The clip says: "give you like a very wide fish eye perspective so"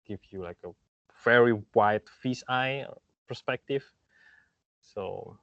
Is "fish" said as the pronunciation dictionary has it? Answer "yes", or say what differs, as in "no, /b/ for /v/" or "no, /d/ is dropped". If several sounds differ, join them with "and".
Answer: no, /s/ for /ʃ/